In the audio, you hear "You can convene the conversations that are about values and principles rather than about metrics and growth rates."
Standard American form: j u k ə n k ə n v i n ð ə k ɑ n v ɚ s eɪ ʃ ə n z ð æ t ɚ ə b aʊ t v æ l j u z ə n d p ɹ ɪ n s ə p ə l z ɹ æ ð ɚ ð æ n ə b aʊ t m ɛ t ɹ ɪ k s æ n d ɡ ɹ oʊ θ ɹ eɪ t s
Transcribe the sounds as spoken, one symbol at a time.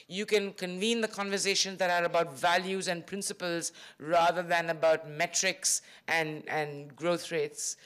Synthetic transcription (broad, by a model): j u k ə n k ə n v i n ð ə k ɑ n v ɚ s eɪ ʃ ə n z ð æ t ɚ ə b aʊ t v æ l j u z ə n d p ɹ ɪ n s ə p ə l z ɹ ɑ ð ɚ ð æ n ə b aʊ t m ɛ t ɹ ɪ k s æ n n ɡ ɹ oʊ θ ɹ eɪ t s